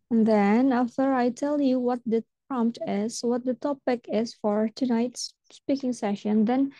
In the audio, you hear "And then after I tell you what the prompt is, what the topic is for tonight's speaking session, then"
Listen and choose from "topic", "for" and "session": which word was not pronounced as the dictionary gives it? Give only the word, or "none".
none